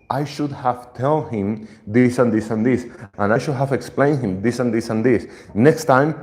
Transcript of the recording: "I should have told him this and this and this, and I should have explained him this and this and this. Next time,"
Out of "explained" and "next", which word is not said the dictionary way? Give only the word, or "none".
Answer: none